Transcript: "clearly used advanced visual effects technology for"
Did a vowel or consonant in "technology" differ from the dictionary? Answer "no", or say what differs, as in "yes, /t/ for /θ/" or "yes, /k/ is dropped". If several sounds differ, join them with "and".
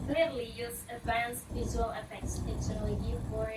yes, /k/ is dropped